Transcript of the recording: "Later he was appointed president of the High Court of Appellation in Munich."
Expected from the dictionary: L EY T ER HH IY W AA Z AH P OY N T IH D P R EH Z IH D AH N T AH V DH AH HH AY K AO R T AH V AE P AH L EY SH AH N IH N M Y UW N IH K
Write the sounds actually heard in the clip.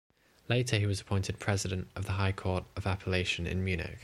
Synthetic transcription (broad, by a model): L EY T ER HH IY W AA Z AH P OY N T IH D P R EH Z IH D AH N T AH V DH AH HH AY K AO T AH V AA P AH L EY SH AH N IH N M Y UW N IH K